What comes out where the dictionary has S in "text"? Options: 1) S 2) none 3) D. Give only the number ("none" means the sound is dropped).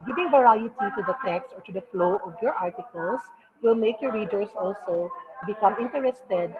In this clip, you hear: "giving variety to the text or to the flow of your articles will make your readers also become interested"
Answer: 1